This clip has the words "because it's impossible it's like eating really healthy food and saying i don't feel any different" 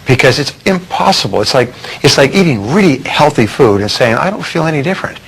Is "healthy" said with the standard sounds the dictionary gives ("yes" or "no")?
yes